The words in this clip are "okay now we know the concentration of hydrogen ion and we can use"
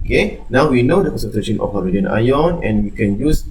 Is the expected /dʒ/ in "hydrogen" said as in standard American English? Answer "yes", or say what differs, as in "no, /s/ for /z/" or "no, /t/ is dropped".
no, /dʒ/ is dropped